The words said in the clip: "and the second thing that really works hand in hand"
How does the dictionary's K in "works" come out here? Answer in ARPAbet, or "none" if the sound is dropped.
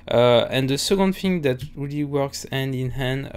K